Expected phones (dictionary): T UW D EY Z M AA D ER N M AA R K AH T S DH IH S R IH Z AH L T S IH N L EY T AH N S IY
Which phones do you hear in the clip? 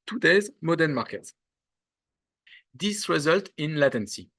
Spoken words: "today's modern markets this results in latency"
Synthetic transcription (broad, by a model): T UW D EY Z M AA D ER N M AA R K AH T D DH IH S R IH Z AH L T IH N L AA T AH N S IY